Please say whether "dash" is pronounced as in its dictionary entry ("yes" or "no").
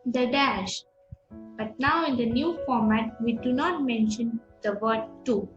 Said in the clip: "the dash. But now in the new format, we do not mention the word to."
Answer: yes